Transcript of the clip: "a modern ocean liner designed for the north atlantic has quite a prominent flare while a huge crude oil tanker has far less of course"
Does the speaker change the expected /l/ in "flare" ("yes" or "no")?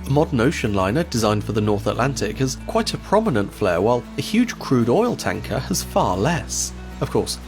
no